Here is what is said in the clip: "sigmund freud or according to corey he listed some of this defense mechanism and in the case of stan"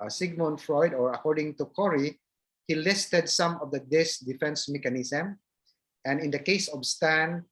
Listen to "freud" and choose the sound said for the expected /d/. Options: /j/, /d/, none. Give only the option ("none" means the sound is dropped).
/d/